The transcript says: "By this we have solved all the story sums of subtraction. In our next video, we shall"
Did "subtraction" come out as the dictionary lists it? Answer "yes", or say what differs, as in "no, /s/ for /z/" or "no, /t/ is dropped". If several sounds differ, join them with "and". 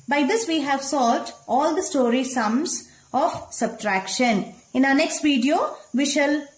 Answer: yes